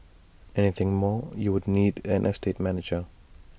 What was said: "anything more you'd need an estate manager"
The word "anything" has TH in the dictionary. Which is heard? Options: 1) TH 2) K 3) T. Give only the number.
1